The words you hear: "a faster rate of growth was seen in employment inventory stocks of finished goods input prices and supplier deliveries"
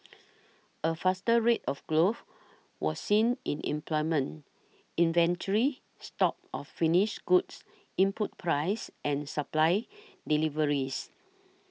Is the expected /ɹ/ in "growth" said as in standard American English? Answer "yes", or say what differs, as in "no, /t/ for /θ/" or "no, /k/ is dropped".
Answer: no, /l/ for /ɹ/